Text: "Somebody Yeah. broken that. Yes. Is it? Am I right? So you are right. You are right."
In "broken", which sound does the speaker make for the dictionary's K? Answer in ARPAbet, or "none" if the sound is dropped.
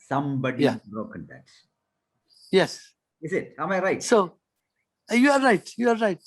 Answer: K